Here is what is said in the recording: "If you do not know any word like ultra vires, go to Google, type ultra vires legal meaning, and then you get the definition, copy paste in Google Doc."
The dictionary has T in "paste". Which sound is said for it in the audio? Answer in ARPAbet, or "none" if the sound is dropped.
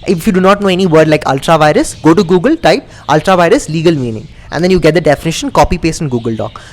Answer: none